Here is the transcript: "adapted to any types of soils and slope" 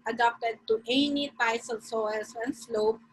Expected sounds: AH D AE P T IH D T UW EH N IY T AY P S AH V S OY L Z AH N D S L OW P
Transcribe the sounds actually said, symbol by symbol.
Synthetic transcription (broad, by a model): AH D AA P T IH D T UW EH N IY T AY S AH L S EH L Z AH N S L OW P